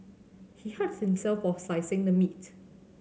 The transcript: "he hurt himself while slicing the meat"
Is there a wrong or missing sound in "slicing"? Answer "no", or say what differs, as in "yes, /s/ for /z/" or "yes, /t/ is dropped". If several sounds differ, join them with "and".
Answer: yes, /l/ is dropped